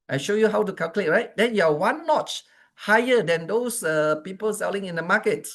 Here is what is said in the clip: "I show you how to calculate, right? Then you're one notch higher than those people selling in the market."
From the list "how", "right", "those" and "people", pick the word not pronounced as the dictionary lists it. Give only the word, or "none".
those